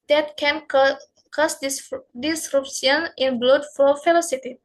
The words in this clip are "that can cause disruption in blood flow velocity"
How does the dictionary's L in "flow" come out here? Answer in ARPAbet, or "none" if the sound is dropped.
none